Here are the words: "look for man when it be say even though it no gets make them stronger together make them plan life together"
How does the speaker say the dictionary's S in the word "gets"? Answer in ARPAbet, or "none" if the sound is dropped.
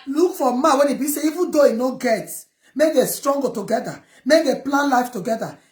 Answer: none